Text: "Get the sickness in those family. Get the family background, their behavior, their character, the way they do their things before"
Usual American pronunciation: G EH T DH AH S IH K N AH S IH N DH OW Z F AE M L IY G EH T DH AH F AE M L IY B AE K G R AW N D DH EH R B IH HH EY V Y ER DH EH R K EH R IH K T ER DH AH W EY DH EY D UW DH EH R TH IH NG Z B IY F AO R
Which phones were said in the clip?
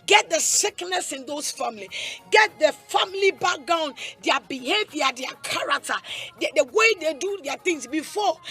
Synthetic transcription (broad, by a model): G EH T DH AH S IH K N AH S IH N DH OW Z F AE M L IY G EH T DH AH F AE M L IY B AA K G AW N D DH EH B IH HH EY V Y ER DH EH K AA R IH K T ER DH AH W EY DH EY D UW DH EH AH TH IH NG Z B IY F AO